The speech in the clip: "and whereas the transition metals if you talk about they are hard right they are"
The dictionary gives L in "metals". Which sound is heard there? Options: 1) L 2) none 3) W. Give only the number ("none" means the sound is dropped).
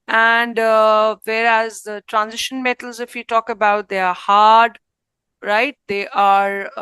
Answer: 1